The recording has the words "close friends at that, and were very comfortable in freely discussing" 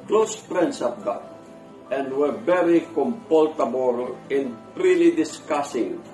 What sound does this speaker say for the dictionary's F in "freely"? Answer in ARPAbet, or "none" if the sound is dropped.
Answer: P